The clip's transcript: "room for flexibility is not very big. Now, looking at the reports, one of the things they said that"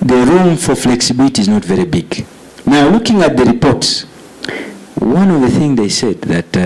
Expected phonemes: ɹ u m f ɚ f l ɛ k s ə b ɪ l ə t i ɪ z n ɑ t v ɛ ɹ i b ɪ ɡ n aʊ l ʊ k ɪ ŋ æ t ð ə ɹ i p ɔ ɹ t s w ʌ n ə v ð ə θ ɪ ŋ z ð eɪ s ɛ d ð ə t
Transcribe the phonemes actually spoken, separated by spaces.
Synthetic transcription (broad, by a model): ɹ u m f ɚ f l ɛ k s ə b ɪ l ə t i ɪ z n ɑ t v ɛ ɹ i b ɪ ɡ n aʊ l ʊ k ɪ ŋ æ t ð ə ɹ i p ɔ ɹ t s w ʌ n ə v ð ə θ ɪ ŋ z ð eɪ s ɛ d ð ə t